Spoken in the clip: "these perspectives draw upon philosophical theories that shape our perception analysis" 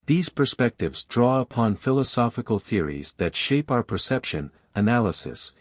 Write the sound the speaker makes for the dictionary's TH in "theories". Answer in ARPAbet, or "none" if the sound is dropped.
TH